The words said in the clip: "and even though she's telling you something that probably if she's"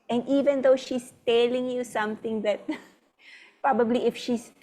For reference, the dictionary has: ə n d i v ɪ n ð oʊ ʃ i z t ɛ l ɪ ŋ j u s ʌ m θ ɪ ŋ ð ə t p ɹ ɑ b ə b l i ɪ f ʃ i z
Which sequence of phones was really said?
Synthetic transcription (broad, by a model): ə n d i v ɪ n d oʊ ʃ i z t ɛ l ɪ ŋ j u s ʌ m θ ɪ ŋ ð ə t p ɹ ɑ b ə b l i ɪ f ʃ i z